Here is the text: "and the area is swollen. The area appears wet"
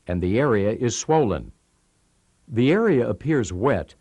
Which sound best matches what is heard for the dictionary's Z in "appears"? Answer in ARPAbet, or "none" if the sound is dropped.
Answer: Z